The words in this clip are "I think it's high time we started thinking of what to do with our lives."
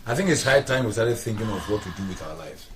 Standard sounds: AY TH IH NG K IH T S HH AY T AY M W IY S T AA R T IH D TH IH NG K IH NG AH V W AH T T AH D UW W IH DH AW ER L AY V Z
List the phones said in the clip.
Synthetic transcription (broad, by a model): AY TH IH NG K IH T S HH AY T AY M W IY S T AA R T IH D TH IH NG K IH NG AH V W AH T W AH D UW W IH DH AW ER L AY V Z